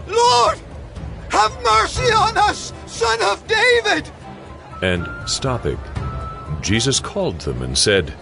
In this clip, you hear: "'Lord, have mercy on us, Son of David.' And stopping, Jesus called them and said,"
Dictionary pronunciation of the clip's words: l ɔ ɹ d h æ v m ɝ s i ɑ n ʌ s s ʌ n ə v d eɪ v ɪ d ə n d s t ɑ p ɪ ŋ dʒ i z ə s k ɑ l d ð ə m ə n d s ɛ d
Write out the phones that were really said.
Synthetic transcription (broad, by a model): l ɔ ɹ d h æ v m ɝ s i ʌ n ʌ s s ʌ n ə v d eɪ v ɪ d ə n s t ɑ p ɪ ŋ dʒ i z ə s k ɑ l d ð ə m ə n s ɛ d